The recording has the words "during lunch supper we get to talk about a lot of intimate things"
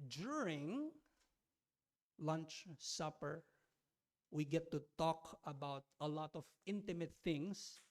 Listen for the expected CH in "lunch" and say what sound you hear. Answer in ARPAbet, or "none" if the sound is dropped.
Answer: CH